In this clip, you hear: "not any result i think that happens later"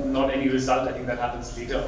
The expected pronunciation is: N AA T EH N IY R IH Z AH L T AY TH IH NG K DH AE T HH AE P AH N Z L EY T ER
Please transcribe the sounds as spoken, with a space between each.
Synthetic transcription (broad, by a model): N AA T EH N IY R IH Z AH L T AY T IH NG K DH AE T HH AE P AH N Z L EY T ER